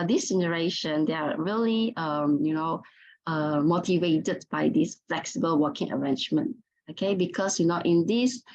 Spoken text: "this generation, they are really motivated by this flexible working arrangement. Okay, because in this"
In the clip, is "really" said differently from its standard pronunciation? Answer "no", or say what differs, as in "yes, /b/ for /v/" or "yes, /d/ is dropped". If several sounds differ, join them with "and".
yes, /l/ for /ɹ/ and /n/ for /l/